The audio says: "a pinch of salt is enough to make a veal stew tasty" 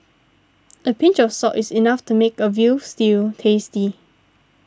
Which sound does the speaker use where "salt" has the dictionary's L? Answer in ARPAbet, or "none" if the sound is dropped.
none